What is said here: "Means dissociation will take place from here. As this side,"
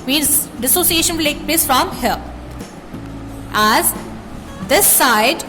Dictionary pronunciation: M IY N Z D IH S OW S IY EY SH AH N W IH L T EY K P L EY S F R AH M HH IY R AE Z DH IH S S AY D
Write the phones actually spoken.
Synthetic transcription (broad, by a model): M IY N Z D IH S OW S IY EY SH AH N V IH L T EY K P L EY S F R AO M HH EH L AE Z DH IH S S AY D